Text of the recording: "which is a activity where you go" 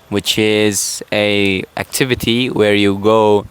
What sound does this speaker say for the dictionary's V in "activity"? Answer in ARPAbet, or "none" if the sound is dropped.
V